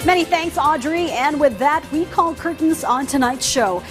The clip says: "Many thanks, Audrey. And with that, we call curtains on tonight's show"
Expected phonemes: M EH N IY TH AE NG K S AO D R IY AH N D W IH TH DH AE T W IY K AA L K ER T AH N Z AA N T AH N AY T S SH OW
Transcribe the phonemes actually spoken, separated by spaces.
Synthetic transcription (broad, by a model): M EH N IY TH AE NG K S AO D R IY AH N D W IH DH AE T W IY K AA L K ER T N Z N T AH N AY T S SH OW